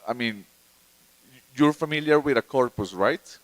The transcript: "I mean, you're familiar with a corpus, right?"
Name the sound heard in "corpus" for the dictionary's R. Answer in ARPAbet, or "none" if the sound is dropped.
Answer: R